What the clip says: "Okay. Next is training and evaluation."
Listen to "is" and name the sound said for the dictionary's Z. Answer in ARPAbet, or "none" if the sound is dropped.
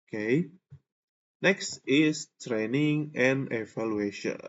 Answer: S